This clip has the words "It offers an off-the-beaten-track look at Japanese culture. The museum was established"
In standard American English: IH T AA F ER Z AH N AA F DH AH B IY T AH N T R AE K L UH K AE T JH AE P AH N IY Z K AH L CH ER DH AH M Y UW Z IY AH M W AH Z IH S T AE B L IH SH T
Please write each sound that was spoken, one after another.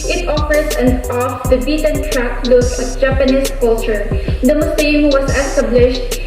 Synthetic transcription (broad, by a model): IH T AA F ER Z AH N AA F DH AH B IY T AH N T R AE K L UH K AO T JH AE P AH N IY S K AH L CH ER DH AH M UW S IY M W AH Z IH S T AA B L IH SH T